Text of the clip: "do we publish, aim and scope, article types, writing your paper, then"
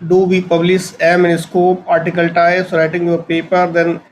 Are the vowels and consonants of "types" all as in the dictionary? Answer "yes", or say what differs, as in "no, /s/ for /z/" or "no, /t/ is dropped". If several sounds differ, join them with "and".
no, /p/ is dropped